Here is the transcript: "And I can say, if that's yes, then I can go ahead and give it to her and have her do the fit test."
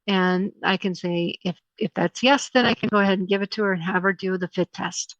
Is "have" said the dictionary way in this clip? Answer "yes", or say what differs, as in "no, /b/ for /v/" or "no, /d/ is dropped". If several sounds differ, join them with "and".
yes